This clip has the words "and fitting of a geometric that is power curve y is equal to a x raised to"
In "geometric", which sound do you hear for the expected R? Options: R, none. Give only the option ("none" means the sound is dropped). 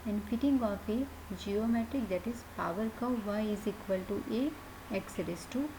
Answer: R